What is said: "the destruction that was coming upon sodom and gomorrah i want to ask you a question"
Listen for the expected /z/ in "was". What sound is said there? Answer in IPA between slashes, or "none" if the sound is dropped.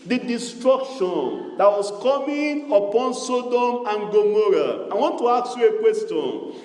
/s/